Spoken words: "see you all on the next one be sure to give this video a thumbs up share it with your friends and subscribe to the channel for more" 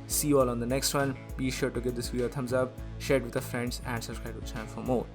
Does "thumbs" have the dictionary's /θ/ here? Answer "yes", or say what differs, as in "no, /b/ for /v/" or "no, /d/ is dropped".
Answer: no, /t/ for /θ/